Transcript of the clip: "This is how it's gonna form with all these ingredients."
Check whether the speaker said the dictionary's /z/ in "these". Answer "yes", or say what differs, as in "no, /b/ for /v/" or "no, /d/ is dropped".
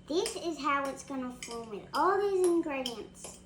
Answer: yes